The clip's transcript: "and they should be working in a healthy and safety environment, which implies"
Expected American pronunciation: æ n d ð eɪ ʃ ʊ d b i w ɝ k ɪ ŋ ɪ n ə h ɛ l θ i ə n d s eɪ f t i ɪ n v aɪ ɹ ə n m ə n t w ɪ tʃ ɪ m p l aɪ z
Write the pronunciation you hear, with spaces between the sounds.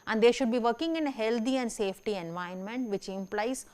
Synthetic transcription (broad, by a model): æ n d eɪ ʃ ʊ d b i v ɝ k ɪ ŋ ɪ n ə h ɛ l t i ə n d s eɪ f t i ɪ n v aɪ ə n m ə n t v ɪ tʃ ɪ m p l aɪ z